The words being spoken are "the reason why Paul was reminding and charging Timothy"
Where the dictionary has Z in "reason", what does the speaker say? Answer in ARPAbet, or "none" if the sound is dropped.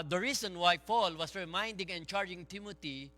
S